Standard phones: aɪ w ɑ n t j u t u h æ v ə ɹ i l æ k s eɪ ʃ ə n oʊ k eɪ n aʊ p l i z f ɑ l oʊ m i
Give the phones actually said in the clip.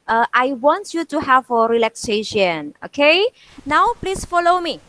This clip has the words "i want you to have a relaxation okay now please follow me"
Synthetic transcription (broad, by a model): aɪ w ɑ n t j u t u h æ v ə ɹ i l æ k s eɪ ʃ ə n oʊ k eɪ n aʊ p l i s f ɑ l oʊ m i